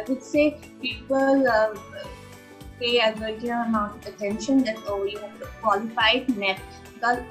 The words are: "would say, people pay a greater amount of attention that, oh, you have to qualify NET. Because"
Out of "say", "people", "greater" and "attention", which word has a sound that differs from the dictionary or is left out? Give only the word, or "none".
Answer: greater